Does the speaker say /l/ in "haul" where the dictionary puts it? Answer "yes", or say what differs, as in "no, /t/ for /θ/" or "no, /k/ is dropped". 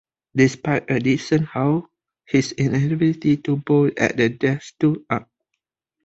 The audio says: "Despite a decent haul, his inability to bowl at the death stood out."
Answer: no, /w/ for /l/